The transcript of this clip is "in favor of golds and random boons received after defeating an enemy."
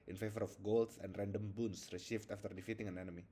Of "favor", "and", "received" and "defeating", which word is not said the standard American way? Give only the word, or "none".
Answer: received